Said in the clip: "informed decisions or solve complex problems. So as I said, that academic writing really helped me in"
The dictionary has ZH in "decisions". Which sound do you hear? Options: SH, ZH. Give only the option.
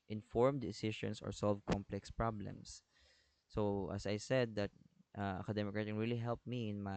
SH